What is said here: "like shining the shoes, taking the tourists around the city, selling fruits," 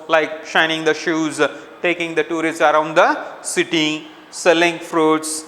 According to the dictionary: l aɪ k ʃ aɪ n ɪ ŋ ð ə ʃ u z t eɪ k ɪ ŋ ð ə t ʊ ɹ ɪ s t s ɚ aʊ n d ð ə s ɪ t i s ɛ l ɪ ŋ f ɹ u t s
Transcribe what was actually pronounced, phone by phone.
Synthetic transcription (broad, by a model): l aɪ k ʃ aɪ n ɪ ŋ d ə ʃ u z t eɪ k ɪ ŋ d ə t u ɹ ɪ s t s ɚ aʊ n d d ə s ɪ t i s ɛ l ɪ ŋ f ɹ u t s